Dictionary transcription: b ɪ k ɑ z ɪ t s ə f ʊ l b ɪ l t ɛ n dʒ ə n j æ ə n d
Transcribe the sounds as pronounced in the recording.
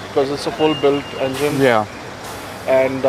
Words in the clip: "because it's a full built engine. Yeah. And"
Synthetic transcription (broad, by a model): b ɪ k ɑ z ɪ t s ə f ʊ l b ɪ l t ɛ n dʒ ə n j æ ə n d